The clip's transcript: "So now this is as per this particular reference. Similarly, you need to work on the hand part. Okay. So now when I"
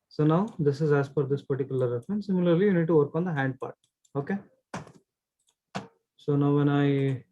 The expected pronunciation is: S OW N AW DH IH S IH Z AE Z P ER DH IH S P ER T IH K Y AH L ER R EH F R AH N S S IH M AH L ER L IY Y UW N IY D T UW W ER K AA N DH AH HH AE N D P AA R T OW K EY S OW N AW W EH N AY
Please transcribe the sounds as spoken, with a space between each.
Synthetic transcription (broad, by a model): S OW N AW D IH S IH Z AE Z F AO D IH S P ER T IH K Y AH L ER R EH F R AH N S S IH M AH L ER L IY Y UW N IY D T UW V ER K AA N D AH HH AE N D P AA R T OW K EY S OW N AW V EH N AY